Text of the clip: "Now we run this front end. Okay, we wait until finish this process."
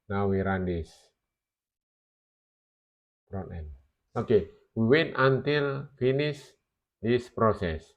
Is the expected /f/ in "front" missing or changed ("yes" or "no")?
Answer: yes